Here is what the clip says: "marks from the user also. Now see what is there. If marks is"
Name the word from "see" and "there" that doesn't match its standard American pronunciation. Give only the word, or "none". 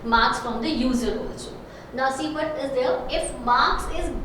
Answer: there